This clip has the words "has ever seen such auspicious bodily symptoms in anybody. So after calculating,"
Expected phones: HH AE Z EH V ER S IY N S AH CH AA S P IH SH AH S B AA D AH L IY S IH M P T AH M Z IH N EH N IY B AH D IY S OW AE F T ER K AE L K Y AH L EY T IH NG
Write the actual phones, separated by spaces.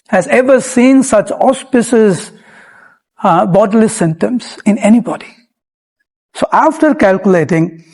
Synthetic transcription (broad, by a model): HH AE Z EH V ER S IY N S AH CH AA S P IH S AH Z B AA D AH L IY S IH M T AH M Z IH N EH N IY B AH D IY S OW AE F T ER K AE L K Y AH L EY T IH NG